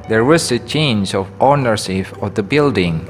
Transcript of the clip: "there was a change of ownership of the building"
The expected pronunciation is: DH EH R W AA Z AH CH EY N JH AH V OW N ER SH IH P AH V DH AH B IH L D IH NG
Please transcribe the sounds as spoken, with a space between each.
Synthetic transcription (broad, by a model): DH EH R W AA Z AH CH EY N JH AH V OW N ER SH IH F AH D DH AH B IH L D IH NG